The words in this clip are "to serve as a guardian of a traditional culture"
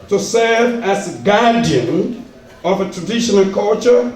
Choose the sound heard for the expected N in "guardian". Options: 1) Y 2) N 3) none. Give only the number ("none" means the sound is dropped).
2